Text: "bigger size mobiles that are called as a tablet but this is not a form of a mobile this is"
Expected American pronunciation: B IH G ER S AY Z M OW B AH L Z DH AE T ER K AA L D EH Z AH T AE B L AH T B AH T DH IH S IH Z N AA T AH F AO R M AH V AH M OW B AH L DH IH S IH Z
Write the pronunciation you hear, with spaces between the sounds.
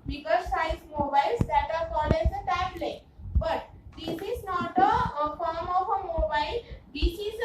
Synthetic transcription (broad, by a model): B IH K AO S AY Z M OW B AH L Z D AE T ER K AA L EH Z AH T AE B L AH T B AH T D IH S IH Z N AA T AH F AO R M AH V AH M OW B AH L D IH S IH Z